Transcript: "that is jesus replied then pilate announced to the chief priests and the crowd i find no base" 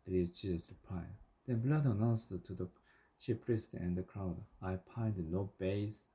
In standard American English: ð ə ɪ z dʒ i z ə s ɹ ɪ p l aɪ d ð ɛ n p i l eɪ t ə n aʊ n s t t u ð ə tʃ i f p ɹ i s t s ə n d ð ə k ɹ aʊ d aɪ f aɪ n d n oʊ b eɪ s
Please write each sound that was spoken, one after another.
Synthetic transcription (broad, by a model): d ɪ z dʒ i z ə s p aɪ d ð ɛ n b l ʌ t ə n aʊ n s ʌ t u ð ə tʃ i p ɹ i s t ə n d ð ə k ɹ aʊ d aɪ p aɪ n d n oʊ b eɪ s